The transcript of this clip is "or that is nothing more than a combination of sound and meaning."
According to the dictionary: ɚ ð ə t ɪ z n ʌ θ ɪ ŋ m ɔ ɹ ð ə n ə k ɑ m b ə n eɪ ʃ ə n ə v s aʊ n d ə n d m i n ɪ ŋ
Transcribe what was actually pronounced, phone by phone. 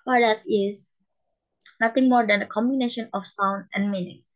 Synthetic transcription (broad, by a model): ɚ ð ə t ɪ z n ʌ t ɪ ŋ m ɔ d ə n ə k ɑ m b ə n eɪ ʃ ə n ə f s aʊ n d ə n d m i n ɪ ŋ